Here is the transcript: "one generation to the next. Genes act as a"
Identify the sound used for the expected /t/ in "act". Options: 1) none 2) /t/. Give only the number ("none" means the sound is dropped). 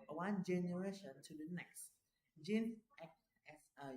1